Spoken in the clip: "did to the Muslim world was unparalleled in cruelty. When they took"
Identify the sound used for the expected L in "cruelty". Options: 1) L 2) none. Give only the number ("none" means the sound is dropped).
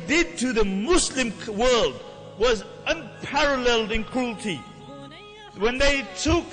1